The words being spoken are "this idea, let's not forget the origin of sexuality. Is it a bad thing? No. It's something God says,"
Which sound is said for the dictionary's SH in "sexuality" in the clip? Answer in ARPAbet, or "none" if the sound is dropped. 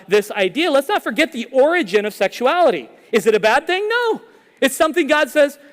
SH